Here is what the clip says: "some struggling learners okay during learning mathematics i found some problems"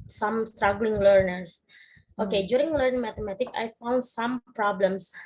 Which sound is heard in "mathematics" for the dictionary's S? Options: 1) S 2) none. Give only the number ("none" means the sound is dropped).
2